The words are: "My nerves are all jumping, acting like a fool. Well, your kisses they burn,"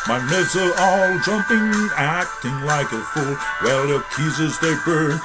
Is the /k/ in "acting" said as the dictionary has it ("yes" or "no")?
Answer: yes